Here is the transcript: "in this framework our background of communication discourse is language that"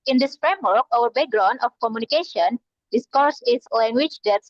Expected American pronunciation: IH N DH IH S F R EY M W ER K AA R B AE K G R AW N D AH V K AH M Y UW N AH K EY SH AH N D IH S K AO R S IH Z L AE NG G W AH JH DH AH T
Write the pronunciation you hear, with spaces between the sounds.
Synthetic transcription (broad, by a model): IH N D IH S F R EY M W ER K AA W B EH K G R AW N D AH F K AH M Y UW N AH K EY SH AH N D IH S K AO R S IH S L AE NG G W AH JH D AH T